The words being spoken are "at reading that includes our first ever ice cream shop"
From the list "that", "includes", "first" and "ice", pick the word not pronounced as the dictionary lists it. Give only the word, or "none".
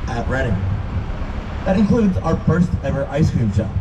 none